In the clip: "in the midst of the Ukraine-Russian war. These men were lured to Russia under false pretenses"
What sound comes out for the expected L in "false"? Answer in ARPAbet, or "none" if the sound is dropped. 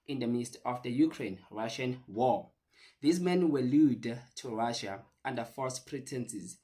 none